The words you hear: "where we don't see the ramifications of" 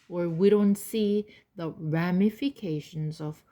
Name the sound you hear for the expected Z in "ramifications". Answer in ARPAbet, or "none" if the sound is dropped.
Z